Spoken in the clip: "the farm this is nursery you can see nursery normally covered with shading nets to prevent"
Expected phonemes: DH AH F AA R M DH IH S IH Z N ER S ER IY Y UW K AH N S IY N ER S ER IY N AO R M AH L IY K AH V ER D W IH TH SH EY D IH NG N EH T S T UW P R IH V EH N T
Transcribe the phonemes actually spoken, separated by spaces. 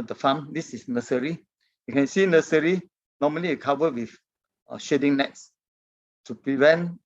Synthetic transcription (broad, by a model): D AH F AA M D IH S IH S N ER S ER IY Y UW K AH N S IY N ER S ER IY N AO M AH L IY K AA V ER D W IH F SH EY D IH NG N EH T S T UW P R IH V EH N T